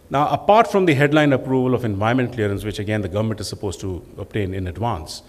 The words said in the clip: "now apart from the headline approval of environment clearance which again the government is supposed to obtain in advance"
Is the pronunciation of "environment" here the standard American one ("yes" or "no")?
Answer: no